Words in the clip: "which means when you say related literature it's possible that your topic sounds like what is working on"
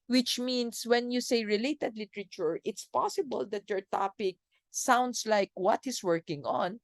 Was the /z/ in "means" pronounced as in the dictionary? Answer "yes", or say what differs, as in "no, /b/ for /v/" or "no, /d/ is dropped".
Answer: no, /s/ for /z/